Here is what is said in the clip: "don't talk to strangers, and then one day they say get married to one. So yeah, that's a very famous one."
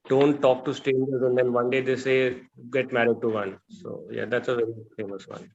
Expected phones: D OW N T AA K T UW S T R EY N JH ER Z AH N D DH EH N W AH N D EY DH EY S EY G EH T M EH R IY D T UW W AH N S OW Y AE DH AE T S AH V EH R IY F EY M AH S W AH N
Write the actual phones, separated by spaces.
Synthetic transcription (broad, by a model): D OW N T AA K T UW S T EY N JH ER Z AH N D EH N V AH N D EY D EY S EY G EH T M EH R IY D T UW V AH N S OW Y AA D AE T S AH V EH R IY F EY M AH S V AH N